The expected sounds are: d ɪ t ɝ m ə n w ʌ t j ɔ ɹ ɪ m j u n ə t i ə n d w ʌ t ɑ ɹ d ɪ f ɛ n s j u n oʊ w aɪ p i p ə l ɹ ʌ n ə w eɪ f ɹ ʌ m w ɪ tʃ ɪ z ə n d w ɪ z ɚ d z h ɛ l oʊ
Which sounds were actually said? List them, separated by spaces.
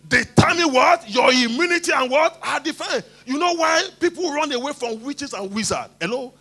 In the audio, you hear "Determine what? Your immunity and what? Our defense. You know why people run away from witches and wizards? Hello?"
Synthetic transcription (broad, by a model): d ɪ t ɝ m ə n w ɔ t j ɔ ɪ m j u n ə t i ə n w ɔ t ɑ d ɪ f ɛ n j u n oʊ w aɪ p i p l ɹ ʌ n ə w eɪ f ɹ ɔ m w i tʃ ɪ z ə n w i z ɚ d h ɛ l oʊ